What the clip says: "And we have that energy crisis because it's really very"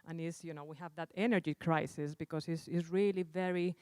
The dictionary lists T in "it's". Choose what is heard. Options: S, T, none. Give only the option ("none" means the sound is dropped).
S